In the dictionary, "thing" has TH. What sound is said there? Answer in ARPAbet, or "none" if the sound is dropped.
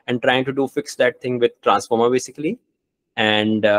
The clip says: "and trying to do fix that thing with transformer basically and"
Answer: T